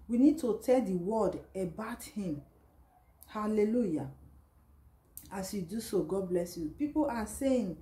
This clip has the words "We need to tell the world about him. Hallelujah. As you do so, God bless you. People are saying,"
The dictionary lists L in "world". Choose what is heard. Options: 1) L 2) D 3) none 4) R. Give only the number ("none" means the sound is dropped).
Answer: 3